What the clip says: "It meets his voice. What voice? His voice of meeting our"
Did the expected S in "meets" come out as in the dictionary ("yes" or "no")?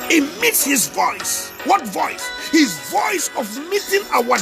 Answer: yes